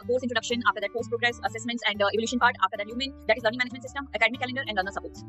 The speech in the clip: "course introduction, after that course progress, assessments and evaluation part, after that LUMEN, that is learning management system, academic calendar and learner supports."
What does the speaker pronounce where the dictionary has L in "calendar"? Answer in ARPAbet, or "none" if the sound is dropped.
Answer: L